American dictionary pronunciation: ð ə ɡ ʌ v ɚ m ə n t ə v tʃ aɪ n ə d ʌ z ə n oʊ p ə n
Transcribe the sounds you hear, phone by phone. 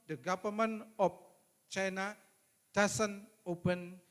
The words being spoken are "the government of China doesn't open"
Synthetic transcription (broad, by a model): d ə ɡ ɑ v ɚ m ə n ə f tʃ aɪ n ə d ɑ s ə n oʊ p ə n